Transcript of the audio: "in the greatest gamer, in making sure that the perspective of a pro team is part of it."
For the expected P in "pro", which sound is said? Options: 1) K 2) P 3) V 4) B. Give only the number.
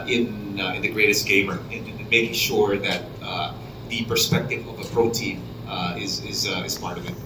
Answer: 2